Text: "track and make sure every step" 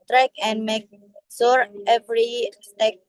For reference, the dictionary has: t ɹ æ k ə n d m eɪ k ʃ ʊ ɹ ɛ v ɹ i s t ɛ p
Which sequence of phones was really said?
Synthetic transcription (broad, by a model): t ɹ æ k ə n d m eɪ k s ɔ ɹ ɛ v ɹ i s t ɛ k